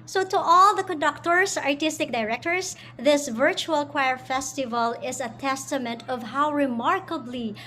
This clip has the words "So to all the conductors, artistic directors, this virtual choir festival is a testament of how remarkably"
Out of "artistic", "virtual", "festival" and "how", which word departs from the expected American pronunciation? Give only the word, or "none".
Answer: none